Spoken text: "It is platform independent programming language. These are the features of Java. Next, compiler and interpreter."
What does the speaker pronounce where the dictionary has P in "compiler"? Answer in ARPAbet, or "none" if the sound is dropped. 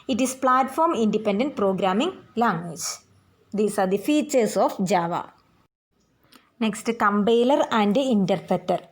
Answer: B